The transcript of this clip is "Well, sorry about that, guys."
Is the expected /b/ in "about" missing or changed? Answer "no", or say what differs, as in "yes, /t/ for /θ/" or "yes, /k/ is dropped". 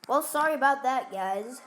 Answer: no